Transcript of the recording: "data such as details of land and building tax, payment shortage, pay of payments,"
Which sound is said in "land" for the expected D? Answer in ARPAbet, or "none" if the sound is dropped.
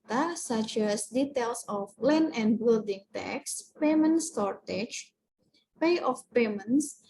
none